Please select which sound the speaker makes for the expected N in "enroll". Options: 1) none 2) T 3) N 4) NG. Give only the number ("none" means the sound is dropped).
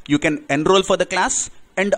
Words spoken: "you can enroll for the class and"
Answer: 3